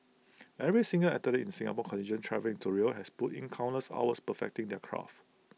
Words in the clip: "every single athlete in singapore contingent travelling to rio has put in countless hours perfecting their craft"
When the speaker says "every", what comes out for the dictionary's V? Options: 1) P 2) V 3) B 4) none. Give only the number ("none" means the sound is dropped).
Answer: 2